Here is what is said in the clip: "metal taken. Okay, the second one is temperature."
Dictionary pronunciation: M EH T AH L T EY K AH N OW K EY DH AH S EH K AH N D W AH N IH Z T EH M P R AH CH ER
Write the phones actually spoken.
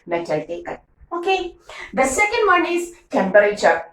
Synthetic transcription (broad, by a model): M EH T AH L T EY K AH OW K EY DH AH S EH K AH N D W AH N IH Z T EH M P R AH CH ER